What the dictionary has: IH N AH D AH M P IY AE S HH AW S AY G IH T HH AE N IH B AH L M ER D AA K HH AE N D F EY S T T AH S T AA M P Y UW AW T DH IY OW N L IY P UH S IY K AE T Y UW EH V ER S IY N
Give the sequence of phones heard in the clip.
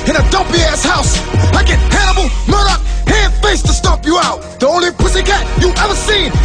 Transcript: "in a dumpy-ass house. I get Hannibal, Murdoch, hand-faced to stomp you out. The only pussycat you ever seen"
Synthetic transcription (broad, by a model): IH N AH D AH M P IY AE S HH AW S AY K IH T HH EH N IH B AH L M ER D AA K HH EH D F EY S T T AH S T AA P Y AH AW T DH IY OW N L IY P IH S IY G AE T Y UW EH V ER S IY N